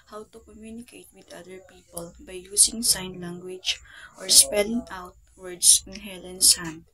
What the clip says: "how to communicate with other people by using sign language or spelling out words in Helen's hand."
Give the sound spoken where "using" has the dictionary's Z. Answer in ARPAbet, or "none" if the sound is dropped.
S